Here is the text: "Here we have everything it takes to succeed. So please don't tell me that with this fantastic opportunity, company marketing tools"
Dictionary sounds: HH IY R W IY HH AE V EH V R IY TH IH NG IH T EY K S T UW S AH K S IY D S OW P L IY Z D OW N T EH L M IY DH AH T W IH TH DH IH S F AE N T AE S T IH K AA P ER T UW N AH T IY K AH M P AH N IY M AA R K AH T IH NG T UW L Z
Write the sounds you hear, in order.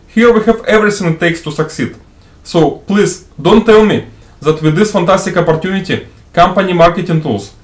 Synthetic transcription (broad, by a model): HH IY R W IY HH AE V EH V R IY S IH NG T EY K S T UW S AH K S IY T S OW P L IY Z D OW N T EH L M IY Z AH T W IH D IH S F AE N T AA S T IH K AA P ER T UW N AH T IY K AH M P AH N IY M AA R K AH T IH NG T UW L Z